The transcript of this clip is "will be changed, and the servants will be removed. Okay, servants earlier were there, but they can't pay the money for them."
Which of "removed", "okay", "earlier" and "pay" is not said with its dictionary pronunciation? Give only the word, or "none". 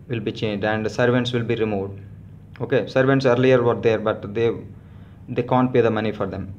none